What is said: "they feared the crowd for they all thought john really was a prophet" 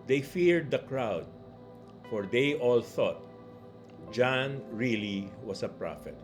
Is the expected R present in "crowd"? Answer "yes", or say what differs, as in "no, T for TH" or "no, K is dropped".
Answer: yes